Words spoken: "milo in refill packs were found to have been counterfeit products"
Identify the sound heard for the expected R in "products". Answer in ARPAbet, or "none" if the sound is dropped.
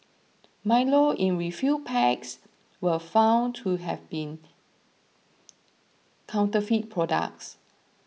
R